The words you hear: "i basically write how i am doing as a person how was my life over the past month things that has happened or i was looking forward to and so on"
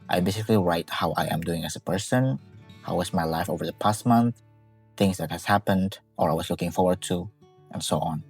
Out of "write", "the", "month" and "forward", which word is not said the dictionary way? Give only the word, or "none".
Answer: none